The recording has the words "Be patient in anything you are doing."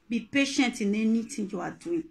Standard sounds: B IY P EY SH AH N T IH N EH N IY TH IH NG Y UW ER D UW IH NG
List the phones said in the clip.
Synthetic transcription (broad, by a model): B IY P EY SH AH N T IH N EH N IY T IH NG Y UW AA D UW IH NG